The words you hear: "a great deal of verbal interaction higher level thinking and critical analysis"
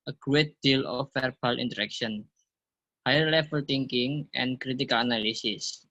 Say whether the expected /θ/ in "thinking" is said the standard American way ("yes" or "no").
no